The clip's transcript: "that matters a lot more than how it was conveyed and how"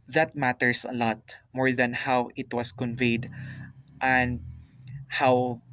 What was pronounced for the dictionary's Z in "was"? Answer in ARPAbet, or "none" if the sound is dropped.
S